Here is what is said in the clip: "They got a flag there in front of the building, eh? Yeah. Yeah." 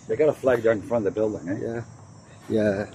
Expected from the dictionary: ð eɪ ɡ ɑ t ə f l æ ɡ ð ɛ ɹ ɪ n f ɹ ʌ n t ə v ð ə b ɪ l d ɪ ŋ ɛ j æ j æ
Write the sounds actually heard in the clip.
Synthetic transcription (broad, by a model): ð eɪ ɡ ɑ t ə f l æ ɡ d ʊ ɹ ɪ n f ɹ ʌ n ə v ð ə b ɪ l d ɪ ŋ ɛ j æ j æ